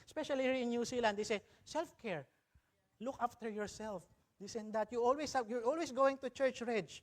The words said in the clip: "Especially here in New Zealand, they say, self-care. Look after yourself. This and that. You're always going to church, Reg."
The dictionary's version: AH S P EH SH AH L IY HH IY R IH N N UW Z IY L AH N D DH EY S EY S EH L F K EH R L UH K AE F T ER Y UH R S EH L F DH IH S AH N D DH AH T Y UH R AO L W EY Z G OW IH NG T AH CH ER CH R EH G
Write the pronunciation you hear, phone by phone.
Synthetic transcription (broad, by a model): S P EH SH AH L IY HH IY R IH N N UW S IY L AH N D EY S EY S EH L F K EH R L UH K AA F T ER Y UH R S EH L F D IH S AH N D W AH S Y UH R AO L W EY S G OW IH NG T AH CH ER CH R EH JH